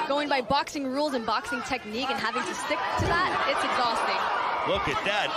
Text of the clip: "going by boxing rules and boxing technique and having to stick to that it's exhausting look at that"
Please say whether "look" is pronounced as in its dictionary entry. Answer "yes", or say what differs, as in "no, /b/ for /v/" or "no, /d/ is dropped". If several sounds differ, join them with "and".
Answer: no, /w/ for /l/